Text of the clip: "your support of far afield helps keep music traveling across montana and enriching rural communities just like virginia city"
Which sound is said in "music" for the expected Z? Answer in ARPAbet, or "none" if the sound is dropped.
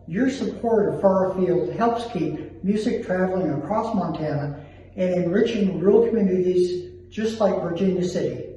Z